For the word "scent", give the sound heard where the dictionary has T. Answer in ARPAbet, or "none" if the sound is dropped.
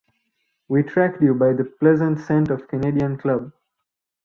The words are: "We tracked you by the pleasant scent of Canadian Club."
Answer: T